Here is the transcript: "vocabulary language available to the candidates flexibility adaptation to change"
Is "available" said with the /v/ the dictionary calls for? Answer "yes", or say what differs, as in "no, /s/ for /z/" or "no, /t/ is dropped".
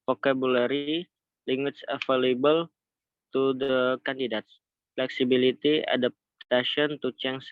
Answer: no, /f/ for /v/